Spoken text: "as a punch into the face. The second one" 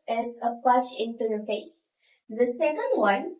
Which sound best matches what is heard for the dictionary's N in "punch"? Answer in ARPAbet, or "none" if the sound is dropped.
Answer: none